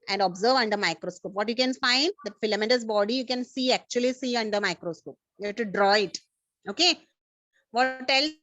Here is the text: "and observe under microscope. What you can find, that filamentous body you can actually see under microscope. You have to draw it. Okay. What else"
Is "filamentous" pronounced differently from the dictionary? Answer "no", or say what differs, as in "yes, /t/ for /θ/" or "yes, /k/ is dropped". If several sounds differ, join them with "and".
yes, /n/ is dropped